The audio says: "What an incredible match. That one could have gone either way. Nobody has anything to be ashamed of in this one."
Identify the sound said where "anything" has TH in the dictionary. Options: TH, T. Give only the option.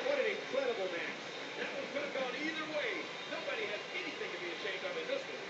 TH